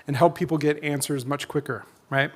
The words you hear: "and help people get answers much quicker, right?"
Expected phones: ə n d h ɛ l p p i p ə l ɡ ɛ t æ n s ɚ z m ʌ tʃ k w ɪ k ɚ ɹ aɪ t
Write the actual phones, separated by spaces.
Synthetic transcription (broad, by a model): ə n h ɛ l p p i p l ɡ ɛ t æ n s ɚ z m ʌ tʃ k w ɪ k ɚ ɹ aɪ t